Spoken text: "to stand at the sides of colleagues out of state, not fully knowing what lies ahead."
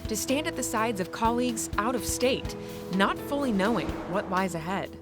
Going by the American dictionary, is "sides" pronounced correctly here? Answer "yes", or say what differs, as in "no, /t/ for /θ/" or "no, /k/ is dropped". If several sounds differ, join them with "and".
yes